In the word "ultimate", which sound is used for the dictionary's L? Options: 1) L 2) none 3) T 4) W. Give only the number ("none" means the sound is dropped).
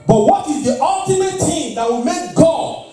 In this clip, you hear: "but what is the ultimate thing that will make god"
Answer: 1